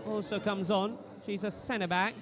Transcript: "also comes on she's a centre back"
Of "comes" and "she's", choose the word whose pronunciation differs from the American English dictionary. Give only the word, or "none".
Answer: none